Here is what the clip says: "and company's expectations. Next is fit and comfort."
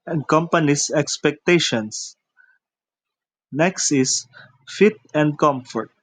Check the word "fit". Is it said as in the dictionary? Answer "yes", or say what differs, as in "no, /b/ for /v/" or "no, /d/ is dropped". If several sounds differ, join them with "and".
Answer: yes